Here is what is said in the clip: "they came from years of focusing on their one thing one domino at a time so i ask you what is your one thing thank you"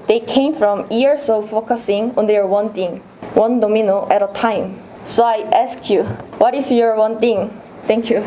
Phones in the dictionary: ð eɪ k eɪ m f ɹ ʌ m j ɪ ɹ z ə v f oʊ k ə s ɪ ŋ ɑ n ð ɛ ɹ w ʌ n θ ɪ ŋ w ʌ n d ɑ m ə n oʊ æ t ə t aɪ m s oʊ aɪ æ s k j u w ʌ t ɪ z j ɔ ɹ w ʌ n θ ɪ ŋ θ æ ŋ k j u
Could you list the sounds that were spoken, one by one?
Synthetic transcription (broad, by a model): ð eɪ k eɪ m f ɹ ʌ m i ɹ s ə f oʊ k ə s ɪ ŋ ɑ n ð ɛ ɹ w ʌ n t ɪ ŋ w ʌ n d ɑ m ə n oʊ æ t ə t aɪ m s oʊ aɪ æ s k j u w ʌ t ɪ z j ɔ ɹ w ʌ n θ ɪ ŋ t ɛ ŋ k j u